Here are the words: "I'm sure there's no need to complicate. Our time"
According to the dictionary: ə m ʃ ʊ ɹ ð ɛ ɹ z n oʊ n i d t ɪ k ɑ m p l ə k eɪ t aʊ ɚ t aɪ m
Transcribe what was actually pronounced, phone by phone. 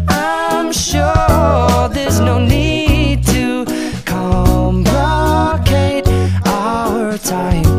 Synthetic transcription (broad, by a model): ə m ʃ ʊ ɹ ð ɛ ɹ z n oʊ n i d t ɪ k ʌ m b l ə k eɪ t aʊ ɚ t aɪ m